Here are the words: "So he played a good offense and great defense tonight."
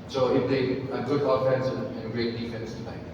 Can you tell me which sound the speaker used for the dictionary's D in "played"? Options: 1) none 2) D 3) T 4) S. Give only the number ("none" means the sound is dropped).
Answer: 1